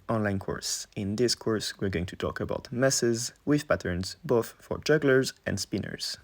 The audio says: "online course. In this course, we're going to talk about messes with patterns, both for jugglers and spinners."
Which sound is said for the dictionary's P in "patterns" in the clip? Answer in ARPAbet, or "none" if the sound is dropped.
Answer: P